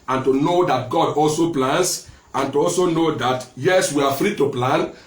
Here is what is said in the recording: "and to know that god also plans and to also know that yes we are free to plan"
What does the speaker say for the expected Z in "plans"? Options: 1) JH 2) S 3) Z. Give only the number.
2